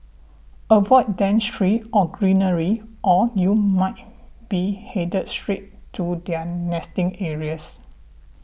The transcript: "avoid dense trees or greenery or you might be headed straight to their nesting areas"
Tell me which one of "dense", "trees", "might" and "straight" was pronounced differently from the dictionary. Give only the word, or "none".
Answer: trees